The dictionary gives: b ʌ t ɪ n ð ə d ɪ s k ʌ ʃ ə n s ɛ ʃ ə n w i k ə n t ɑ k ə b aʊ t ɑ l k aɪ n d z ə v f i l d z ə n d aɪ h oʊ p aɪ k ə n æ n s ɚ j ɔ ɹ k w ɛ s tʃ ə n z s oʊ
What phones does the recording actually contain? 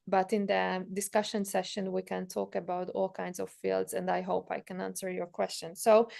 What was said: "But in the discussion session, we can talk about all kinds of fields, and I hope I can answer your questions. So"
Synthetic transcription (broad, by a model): b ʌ t ɪ n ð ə d ɪ s k ʌ ʃ ə n s ɛ ʃ ə n w i k ə n t ɑ k ə b aʊ t ɑ l k aɪ n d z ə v f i l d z ə n d aɪ h oʊ p aɪ k ə n æ n s ɚ j ɔ ɹ k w ɛ s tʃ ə n s oʊ